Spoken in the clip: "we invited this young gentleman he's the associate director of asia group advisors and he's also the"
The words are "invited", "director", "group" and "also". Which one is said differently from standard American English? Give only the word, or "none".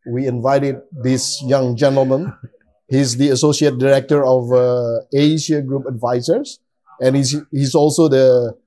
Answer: none